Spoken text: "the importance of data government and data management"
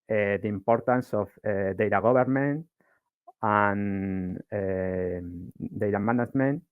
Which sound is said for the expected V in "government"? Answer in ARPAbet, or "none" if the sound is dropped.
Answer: B